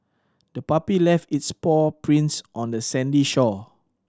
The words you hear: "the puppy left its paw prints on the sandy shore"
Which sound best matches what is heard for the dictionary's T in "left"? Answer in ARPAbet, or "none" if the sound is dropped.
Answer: T